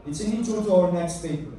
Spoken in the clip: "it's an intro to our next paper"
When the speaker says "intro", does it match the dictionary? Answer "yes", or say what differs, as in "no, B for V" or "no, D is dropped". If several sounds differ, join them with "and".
no, N is dropped and R is dropped